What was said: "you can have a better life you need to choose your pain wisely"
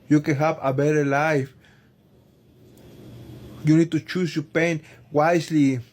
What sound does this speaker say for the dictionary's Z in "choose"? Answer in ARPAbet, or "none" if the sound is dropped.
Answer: S